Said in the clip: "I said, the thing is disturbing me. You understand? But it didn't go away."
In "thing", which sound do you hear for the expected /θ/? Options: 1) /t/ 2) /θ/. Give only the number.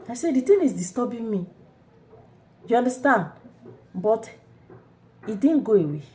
1